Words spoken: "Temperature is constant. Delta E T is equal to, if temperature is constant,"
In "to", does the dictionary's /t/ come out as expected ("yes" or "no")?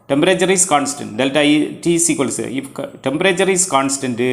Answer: no